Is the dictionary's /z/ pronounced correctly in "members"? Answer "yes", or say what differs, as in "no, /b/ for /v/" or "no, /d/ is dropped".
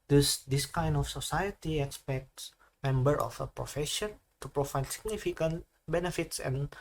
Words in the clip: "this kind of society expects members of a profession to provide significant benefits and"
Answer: no, /z/ is dropped